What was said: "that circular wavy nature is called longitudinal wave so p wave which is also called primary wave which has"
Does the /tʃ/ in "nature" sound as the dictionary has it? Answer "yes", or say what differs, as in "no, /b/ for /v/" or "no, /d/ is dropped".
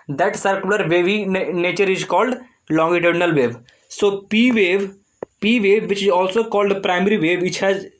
yes